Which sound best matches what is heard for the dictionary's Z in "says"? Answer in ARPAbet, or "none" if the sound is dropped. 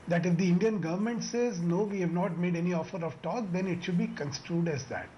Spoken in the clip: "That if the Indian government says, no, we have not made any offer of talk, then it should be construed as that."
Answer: Z